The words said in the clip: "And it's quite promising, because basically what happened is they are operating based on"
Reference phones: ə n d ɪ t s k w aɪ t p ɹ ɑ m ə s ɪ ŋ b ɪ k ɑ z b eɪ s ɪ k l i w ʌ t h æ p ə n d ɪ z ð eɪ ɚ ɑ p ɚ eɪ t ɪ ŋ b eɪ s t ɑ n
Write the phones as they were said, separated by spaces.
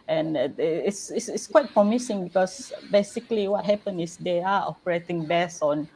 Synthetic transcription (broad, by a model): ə n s ɪ t s k w aɪ t p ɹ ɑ m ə s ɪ ŋ b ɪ k ɑ s b eɪ s ɪ k l i w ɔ t h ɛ p ə n ɪ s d eɪ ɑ ɑ p ɚ eɪ t ɪ ŋ b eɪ s ɑ n